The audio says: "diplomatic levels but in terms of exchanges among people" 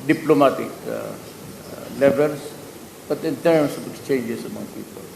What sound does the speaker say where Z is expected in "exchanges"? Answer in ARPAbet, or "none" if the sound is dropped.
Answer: S